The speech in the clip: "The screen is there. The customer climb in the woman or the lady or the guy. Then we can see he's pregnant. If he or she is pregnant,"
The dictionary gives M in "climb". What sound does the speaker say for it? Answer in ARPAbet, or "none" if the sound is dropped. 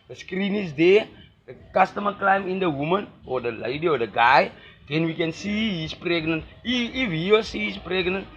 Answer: M